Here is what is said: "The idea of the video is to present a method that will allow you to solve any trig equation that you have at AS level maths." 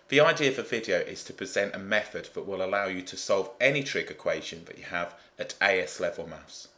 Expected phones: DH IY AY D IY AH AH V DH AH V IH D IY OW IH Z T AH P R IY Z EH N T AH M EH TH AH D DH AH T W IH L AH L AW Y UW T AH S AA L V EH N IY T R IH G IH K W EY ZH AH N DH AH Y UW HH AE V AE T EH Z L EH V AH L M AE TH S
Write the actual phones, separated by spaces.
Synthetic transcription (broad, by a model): DH IY AY D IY AH AH V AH V IH D IY OW IH Z T AH P R IY Z EH N T AH M EH TH AH D DH AH T W IH L AH L AW Y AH T AH S AA L V EH N IY T R IH G IH K W EY ZH AH N DH AH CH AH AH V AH T EH S L EH V AH L M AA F S